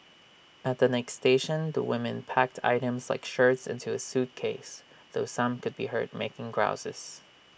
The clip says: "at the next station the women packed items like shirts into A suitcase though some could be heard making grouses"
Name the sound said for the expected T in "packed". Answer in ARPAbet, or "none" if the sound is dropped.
T